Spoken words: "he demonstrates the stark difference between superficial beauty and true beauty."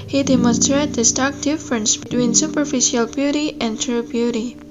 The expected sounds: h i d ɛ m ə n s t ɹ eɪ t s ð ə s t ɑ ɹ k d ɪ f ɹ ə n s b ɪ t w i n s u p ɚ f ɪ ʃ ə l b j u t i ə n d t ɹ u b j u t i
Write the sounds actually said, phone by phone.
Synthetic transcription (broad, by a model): h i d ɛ m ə n s t ɹ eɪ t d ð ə s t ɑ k d ɪ f ɹ ə n s b ɪ t w i n s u p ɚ f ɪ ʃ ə l b j u t i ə n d t ɹ u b j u t i